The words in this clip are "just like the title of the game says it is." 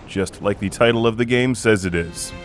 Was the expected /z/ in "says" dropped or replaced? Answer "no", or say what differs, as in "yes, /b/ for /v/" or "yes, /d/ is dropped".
no